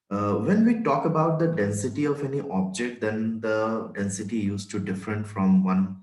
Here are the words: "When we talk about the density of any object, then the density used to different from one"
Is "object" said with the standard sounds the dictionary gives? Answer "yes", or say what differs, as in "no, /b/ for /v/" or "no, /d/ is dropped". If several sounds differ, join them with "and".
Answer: yes